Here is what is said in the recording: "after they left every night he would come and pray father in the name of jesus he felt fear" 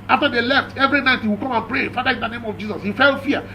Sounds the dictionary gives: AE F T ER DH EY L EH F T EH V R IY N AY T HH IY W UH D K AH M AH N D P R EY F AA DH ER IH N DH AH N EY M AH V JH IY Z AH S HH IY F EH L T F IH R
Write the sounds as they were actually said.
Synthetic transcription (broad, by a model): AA F T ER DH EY L EH F T EH V R IY N AY T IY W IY K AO M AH N P R EY F AA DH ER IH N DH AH N EY M AH V JH IY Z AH S HH IY F EH L F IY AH